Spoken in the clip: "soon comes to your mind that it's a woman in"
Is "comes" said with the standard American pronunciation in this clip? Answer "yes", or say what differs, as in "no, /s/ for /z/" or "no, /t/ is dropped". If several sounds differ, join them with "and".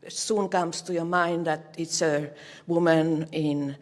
no, /s/ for /z/